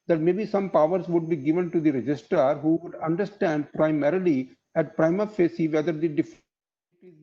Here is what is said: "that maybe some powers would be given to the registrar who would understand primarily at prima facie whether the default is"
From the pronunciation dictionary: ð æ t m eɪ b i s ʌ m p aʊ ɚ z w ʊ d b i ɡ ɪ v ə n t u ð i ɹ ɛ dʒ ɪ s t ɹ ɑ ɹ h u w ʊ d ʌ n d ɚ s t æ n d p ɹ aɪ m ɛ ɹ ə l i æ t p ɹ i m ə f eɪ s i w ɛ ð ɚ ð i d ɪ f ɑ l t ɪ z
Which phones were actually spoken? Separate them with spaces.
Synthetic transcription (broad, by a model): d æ t m eɪ b i s ʌ m p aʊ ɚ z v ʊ d b i ɡ ɪ v ə n t u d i ɹ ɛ dʒ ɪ s t ʌ ɹ h u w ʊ d ʌ n d ɚ s t æ n d p ɹ aɪ m ɛ ɹ ə l i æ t p ɹ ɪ m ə f eɪ s i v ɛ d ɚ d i d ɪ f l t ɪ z